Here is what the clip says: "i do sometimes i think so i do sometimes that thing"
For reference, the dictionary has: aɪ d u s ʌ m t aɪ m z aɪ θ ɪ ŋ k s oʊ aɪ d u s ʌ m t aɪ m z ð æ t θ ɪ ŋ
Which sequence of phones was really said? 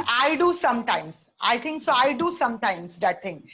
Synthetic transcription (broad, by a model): aɪ d u s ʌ m t aɪ m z aɪ t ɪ ŋ k s oʊ aɪ d u s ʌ m t aɪ m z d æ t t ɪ ŋ